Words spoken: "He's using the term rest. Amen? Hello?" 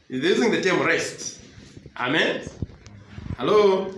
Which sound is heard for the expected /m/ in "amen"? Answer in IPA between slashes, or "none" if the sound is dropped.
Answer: /m/